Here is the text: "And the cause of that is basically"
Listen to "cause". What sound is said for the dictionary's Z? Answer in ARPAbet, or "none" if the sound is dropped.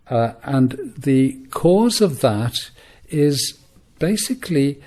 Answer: Z